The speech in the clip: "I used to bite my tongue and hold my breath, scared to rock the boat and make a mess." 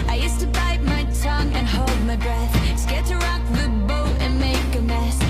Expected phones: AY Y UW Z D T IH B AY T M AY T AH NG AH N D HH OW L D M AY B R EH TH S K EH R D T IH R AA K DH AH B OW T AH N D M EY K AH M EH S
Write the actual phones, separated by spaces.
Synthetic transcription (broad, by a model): AY Y UW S T IH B AY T M AY T AH NG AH N HH OW L D M AY B R EH TH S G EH T IH R AA K DH AH B OW T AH N M EY K AH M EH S